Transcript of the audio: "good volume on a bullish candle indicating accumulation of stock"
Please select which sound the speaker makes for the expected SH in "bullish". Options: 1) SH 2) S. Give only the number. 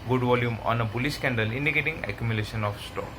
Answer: 2